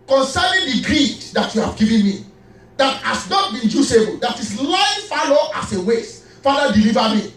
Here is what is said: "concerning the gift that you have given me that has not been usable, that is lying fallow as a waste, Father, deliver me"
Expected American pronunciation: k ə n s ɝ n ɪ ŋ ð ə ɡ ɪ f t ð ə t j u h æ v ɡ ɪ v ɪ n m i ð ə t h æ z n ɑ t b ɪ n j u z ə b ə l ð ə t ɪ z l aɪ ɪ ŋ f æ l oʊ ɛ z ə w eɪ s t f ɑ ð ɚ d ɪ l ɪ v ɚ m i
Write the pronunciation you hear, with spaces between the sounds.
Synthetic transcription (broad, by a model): k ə n s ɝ n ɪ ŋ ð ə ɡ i t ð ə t j u h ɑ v ɡ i v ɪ n m i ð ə t h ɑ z n ɑ t b ɪ n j u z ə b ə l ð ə t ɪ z l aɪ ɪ f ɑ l oʊ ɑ s ə w eɪ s f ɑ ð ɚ d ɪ l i v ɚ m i